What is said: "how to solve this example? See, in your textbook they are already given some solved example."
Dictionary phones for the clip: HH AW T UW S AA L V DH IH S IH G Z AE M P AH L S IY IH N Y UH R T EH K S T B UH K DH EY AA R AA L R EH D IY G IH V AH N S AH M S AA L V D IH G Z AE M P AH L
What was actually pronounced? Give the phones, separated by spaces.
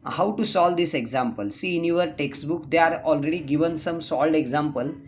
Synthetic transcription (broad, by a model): HH AW T UW S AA L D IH S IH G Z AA M P AH L S IY N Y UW R T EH K S T B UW K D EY AA R AA L R EH D IY G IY V AH N S AH M S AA L D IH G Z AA M P AH L